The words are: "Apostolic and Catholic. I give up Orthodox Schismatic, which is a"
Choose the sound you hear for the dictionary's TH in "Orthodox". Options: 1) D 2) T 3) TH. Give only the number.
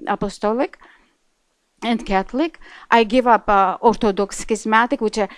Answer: 2